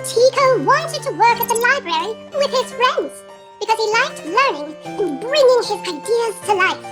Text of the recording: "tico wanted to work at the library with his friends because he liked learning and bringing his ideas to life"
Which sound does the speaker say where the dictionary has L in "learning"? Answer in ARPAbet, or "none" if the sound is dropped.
L